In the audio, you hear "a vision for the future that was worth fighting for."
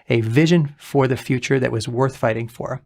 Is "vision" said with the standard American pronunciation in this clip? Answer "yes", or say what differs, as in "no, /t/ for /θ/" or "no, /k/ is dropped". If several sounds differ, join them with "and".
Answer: yes